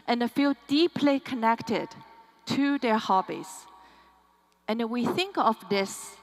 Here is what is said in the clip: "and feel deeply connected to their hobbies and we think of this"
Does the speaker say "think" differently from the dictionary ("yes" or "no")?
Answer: no